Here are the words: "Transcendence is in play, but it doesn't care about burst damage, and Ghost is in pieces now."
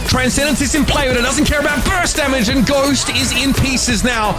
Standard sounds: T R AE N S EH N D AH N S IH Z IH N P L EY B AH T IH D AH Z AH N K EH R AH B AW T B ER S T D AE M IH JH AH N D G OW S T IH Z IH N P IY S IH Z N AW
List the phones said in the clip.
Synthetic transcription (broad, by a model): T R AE N S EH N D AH N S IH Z IH N P L EY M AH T IH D AH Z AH N K EH R AH B AW T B ER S D AE M IH JH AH N G OW S T IH Z IH N P IY S IH Z N AW